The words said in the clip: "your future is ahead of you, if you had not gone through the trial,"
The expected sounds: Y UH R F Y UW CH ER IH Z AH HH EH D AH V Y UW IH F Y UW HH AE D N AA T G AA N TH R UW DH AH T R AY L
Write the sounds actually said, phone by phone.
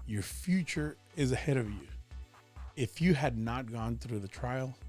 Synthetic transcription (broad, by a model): Y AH R F Y UW CH ER IH Z AH HH EH D AH V Y UW IH F Y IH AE D N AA T G AA N TH R UW DH AH T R AY L